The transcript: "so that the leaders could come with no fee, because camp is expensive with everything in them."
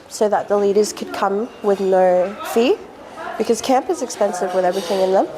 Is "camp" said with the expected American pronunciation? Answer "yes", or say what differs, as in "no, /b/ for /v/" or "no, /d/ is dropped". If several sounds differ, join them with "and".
yes